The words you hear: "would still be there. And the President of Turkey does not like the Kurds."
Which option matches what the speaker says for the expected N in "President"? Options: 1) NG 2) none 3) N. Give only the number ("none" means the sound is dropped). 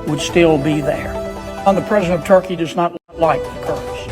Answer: 2